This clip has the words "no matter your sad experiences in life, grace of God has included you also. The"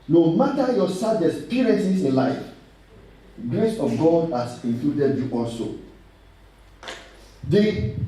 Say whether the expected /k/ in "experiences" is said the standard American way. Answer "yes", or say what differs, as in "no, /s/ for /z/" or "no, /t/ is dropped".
no, /k/ is dropped